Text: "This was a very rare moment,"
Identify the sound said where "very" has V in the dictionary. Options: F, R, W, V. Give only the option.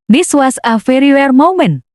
F